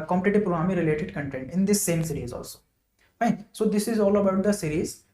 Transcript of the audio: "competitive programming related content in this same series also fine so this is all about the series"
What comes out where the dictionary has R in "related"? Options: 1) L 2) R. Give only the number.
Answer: 2